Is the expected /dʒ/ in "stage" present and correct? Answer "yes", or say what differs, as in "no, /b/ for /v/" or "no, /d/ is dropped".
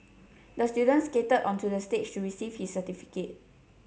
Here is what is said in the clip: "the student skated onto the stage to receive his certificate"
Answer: no, /tʃ/ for /dʒ/